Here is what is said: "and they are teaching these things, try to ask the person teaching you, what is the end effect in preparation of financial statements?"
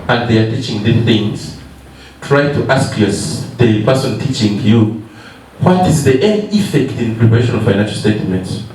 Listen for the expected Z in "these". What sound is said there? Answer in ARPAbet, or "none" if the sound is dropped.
none